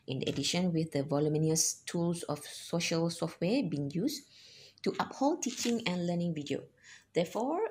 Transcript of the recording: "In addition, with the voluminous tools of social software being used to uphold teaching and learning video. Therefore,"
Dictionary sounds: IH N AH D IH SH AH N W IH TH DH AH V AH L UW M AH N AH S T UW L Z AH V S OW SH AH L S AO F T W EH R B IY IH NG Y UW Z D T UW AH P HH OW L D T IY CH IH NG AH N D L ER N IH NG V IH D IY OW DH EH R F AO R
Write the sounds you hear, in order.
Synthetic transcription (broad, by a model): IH N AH D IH SH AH N W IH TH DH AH V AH L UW M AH N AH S T UW L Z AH F S OW SH AH L S AO F T W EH B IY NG Y UW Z T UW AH P HH OW L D T IY CH IH NG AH N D L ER N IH NG V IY D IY OW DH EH F AO